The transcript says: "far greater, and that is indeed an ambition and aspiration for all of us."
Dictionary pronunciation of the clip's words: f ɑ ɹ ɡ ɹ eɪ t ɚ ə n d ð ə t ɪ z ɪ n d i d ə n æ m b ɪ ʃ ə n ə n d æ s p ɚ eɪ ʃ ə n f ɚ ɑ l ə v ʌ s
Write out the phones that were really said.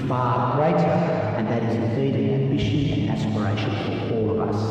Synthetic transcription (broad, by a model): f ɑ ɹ ɡ ɹ eɪ t ɚ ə n ð ə t ɪ z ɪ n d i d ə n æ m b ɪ ʃ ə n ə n æ s p ɚ eɪ ʃ ə n f ɚ ɑ l ə v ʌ s